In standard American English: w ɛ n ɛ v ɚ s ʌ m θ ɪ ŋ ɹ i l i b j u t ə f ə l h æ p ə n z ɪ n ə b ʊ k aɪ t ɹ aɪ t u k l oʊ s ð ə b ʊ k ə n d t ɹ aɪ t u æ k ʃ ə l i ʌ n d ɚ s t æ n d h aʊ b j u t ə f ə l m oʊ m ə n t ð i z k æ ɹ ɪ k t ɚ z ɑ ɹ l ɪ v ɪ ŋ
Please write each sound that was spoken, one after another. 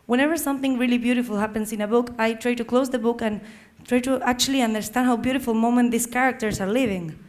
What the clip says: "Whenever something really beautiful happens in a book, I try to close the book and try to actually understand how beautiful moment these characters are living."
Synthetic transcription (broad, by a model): w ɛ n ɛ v ɚ s ʌ m θ ɪ ŋ ɹ i l i b j u t ə f ə l h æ p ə n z ɪ n ə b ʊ k aɪ t ɹ aɪ t u k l oʊ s ð ə b ʊ k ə n t ɹ aɪ t u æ k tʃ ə l i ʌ n d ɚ s t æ n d h aʊ b j u t ə f ə l m oʊ m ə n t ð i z k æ ɹ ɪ k t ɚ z ɑ ɹ l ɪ v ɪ ŋ